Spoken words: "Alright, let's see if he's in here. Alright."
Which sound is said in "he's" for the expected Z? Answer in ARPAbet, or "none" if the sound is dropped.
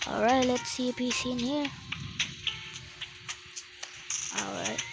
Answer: S